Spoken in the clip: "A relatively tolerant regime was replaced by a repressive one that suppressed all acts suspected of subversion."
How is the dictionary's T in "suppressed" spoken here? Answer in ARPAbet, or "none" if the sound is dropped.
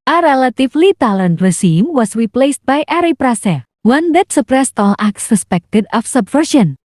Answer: T